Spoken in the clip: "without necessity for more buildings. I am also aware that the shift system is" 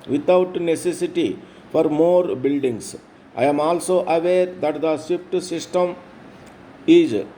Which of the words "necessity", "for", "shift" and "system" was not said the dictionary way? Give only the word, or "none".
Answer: shift